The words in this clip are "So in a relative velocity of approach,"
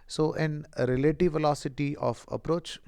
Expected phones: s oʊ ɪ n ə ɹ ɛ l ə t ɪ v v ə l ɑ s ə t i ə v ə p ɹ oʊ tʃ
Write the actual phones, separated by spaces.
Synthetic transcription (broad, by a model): s oʊ ɪ n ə ɹ ɛ l ə t ɪ v v ə l ɑ s ə t i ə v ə p ɹ oʊ tʃ